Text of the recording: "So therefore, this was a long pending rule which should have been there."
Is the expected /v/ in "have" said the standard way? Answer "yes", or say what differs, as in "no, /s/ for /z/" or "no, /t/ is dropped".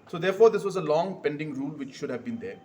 yes